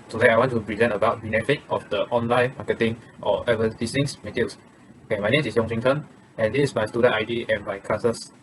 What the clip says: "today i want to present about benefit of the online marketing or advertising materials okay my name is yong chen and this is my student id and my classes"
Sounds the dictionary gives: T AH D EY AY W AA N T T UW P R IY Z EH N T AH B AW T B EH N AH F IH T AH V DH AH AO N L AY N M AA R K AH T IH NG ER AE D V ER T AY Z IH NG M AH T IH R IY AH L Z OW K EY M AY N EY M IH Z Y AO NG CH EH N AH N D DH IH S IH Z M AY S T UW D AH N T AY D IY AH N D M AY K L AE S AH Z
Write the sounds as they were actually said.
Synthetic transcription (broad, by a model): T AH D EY AY W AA N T T UW P R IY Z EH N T AH B AW T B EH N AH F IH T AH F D AH AO N L AY N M AA K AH T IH NG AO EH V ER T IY S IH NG M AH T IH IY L S OW K EY M AY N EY M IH S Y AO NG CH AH N AH N D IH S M AY S T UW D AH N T AY D IY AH N M AY K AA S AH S